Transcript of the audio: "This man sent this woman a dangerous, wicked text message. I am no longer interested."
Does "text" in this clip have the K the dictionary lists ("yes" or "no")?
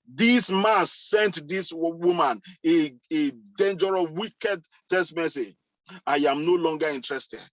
no